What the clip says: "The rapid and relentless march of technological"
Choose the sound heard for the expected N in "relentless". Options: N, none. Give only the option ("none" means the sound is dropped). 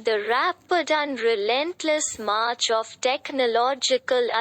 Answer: N